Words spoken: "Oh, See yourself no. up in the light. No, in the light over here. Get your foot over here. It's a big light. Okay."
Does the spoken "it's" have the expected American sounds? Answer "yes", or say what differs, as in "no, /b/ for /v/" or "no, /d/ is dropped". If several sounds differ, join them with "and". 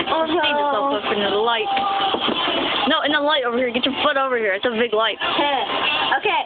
yes